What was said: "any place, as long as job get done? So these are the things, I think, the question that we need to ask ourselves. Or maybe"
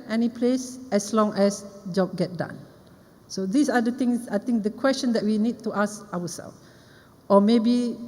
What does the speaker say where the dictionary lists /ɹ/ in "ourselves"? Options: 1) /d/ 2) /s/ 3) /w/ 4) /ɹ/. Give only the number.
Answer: 3